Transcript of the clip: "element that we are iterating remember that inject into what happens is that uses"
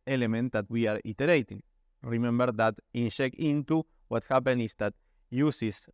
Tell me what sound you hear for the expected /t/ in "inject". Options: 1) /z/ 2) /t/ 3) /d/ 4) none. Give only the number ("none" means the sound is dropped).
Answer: 4